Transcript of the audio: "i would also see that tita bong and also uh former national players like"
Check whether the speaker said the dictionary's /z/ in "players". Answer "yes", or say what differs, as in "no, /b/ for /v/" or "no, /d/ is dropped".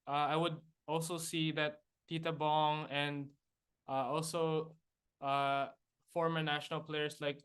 no, /s/ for /z/